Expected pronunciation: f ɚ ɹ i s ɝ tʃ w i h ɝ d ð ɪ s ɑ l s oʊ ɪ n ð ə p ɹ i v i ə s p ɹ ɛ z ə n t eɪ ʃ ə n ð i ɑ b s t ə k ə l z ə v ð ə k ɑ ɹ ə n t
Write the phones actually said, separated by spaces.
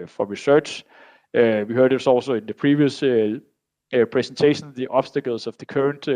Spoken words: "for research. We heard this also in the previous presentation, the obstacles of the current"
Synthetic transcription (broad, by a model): f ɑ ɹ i s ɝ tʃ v i h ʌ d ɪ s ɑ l s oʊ ɪ n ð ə p ɹ i v i ə s p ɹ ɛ s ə n s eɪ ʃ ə n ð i ɑ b s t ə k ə l s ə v ð ə k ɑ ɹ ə n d